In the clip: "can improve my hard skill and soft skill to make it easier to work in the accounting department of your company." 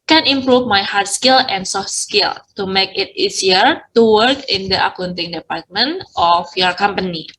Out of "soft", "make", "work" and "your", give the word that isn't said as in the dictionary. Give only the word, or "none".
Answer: none